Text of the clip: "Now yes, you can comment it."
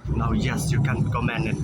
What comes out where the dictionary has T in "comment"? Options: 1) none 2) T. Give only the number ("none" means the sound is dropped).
1